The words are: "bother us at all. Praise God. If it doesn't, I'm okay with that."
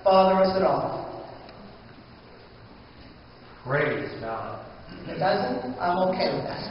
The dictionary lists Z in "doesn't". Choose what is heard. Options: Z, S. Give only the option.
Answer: Z